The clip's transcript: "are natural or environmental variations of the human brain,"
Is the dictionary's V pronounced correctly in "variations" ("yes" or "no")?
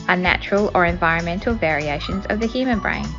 yes